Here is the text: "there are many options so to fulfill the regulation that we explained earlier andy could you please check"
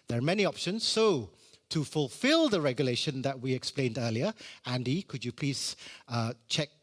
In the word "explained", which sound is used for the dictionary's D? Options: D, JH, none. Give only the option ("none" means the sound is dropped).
D